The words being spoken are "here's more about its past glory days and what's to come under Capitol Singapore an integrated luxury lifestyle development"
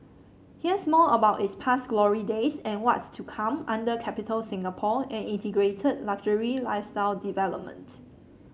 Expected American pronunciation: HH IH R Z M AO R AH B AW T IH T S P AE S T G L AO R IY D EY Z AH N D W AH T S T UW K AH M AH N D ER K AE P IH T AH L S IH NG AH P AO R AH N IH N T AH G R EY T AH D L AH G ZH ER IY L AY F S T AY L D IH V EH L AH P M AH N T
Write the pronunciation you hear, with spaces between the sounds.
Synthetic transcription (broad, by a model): HH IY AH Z M AO L AH B AW T IH T S P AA S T G L AO R IY D EY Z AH N W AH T S T UW K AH M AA N D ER K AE P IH T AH L S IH NG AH P AO AH N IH N T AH G R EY T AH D L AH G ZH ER IY L AY F S T AY L D IH V EH L AH P M AH N T